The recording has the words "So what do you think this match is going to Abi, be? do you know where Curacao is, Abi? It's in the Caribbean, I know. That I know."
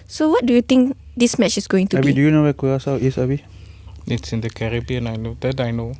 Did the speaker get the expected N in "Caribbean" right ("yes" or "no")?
yes